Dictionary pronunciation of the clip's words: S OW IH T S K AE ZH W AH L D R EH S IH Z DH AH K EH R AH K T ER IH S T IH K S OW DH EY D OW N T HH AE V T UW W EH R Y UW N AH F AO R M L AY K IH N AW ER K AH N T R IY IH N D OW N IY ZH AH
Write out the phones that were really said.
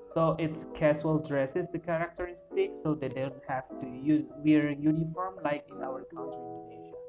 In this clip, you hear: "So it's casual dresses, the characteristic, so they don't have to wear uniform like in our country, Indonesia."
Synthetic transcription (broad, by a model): S OW IH T S K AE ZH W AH L D R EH S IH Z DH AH K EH R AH K T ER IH S T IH K S OW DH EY D OW N T HH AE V T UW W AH R Y UW N AH F AO R M L AY K IH N AW ER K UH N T IY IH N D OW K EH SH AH